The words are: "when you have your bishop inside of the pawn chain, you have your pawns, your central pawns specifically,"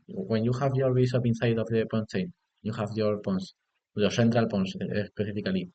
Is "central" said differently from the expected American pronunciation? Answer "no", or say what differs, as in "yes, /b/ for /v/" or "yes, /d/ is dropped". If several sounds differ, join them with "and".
no